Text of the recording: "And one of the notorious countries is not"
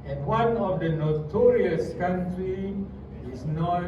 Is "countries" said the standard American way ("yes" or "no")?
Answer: no